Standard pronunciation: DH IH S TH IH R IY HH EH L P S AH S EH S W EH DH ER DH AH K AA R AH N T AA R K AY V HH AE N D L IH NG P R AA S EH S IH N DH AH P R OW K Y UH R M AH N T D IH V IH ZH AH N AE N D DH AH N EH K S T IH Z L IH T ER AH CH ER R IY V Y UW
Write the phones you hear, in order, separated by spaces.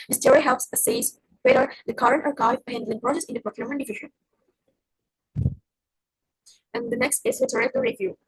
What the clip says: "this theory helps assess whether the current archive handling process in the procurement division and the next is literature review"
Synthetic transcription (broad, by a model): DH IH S T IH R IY HH EH L P S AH S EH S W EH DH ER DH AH K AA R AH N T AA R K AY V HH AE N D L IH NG P R AA S EH S IH N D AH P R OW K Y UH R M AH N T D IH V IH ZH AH N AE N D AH N EH K S T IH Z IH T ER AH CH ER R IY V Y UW